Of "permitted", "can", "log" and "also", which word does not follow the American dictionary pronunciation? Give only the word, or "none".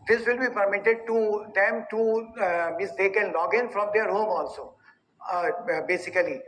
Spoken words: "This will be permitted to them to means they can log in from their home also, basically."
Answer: none